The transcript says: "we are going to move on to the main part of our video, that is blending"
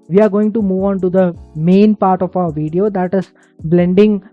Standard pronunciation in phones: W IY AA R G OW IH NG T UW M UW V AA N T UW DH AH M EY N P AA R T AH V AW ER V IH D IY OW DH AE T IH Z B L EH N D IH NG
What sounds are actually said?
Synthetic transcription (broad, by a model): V IY AA R G OW IH NG T UW M UW V AA N T UW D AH M EY N P AA R T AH F AW ER V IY D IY OW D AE T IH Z B L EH N D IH NG